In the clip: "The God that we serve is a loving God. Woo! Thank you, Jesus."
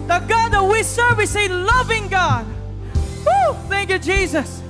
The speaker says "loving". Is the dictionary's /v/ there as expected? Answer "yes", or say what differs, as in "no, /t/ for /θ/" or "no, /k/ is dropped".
yes